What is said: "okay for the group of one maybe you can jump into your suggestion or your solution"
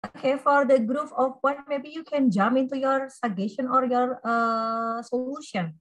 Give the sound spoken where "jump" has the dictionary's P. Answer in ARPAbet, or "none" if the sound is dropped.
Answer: none